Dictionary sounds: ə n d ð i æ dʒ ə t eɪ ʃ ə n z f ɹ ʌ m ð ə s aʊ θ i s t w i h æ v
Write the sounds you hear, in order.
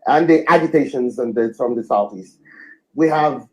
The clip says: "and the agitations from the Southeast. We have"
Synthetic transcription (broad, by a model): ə n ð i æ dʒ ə t eɪ ʃ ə n z f ɹ ʌ m ð ə s aʊ θ i s t w i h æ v